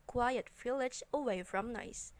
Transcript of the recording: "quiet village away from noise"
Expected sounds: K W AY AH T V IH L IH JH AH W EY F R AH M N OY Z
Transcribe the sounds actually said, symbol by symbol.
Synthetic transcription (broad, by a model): K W AY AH T F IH L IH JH AH W EY F R AH M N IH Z